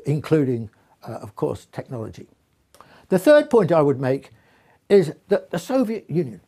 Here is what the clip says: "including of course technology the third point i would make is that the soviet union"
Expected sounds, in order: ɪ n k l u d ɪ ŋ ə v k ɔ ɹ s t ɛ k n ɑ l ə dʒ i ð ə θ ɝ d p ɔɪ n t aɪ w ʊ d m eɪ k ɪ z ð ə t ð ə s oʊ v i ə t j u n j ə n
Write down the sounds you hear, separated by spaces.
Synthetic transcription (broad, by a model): ɪ n k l u d ɪ ŋ ə v k ɔ ɹ s t ɛ k n ɑ l ə dʒ i ð ə θ ɝ d p ɔɪ n t aɪ w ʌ d m eɪ k ɪ z ð ə t ð ə s oʊ v i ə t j u n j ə n